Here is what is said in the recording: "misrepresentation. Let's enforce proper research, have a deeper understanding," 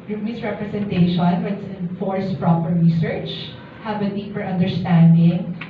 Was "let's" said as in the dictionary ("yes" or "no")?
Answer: no